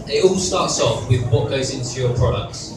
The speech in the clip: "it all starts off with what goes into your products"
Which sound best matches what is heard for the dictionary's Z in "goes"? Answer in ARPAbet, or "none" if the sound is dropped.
Z